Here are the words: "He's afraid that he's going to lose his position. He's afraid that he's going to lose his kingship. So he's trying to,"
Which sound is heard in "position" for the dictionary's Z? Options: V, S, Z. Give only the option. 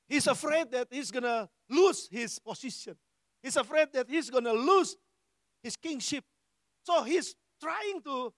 S